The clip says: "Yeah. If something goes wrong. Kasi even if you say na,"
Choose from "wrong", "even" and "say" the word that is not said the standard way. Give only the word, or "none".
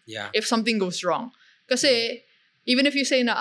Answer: none